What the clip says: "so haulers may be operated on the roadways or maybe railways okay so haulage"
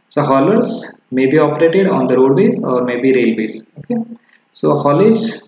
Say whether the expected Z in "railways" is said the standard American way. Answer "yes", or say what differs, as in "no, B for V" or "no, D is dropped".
no, S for Z